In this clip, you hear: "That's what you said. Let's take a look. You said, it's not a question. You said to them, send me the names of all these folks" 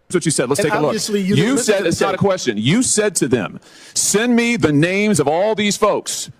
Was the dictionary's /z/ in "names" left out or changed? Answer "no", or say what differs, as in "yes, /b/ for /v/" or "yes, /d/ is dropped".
no